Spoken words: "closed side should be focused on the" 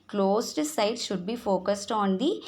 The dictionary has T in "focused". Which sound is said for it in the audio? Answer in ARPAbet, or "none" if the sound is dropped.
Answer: T